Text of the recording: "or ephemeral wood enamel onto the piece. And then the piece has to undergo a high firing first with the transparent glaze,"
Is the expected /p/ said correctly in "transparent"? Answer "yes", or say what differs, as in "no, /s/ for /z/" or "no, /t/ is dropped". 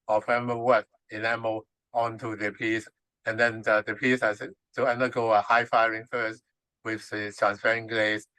no, /f/ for /p/